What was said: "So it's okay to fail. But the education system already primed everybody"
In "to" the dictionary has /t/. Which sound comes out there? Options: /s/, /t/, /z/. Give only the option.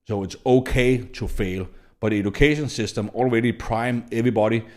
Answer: /s/